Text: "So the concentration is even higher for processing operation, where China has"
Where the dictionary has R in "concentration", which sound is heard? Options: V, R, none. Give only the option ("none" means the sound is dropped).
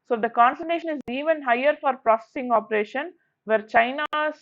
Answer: none